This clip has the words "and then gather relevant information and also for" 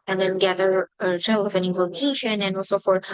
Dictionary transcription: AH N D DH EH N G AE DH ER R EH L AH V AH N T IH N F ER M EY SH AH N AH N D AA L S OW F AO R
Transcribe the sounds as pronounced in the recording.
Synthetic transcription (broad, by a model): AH N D DH EH N G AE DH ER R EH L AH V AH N IH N F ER M EY SH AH N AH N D AA L S OW F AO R